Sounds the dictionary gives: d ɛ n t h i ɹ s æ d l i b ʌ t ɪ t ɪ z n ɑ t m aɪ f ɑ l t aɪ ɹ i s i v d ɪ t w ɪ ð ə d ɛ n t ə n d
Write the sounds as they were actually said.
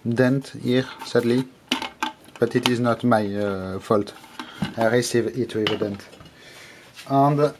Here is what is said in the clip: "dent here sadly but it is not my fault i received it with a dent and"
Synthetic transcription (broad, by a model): d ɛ n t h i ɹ s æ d l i b ʌ t ɪ t ɪ z n ɑ t m aɪ f ɑ l t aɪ ɹ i s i v ɪ t w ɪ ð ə d ɛ n t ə n d